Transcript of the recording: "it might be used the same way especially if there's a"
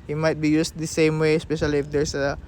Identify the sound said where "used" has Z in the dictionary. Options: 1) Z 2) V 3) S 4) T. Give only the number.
3